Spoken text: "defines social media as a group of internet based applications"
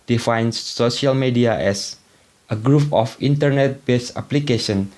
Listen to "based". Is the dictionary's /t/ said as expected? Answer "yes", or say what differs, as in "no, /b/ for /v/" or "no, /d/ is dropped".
no, /t/ is dropped